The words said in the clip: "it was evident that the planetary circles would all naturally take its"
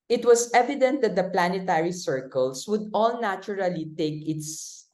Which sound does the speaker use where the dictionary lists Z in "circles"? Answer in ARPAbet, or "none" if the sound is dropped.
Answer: S